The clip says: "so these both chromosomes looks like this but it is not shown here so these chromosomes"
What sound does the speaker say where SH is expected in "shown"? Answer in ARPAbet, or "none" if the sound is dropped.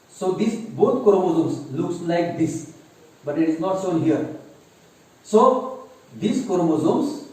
S